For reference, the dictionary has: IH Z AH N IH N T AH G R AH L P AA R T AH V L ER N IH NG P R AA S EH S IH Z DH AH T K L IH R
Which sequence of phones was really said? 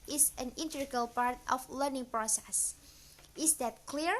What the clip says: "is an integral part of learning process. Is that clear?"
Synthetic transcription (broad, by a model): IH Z AH N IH N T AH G AH L P AA R T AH F L ER N IH NG P R AA S EH S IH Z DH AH T K L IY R